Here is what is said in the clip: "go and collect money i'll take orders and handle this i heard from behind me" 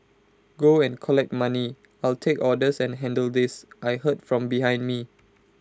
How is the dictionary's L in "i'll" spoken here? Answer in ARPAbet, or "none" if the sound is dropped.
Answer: L